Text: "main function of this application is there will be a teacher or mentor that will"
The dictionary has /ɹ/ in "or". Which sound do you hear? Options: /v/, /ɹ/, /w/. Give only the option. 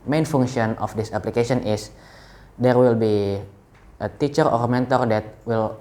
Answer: /ɹ/